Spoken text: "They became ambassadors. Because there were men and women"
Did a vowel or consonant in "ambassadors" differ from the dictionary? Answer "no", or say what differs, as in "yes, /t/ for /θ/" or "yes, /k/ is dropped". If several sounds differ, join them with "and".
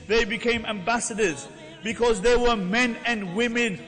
no